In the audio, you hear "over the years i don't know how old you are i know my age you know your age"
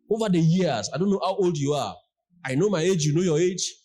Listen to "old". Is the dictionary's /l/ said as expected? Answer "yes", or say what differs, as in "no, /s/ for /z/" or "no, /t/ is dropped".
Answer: yes